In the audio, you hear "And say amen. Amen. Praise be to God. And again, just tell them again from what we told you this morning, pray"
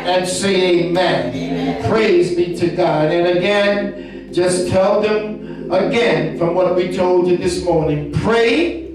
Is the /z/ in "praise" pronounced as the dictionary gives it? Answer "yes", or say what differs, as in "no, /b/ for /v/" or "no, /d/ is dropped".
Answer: yes